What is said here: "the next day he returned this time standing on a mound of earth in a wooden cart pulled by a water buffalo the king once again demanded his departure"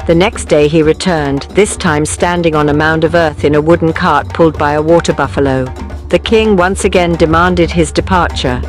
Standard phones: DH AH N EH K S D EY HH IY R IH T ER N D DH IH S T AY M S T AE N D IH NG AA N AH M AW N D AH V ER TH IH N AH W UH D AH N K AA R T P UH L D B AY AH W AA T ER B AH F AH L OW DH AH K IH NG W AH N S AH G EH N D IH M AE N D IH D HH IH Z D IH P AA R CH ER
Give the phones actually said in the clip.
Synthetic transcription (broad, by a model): DH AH N EH K S D EY IY R IH T ER N DH IH S T AY M S T AE N D IH NG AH N AH M AW N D AH V ER TH IH N AH W UH D N K AA R T P UH L D B AY AH W AA T ER B AH F AH L OW DH AH K IH NG W AH N S AH G EH N D IH M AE N D IH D IH Z D IH P AA R CH ER